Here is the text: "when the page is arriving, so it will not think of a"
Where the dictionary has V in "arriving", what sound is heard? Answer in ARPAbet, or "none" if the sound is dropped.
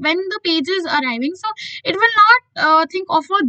V